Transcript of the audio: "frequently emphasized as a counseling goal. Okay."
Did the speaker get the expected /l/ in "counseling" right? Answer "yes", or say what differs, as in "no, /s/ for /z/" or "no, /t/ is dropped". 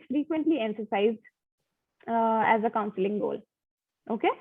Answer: yes